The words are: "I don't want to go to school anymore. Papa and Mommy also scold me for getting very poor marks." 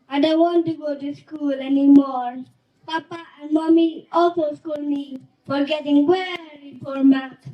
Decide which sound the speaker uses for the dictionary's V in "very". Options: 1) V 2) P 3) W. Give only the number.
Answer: 3